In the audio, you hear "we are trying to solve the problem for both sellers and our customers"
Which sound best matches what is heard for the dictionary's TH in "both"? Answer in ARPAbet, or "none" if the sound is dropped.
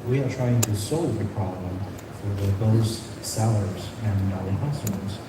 S